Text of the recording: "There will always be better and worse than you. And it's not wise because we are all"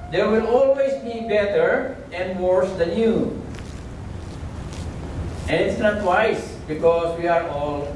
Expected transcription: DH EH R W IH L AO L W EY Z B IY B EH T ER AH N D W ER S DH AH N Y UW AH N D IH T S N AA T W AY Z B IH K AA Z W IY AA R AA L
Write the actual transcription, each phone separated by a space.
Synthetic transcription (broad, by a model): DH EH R W IH L AO L W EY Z B IY B EH T ER AH N D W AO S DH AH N Y UW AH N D IH T S N AA T W AY S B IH K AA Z W IY AA R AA L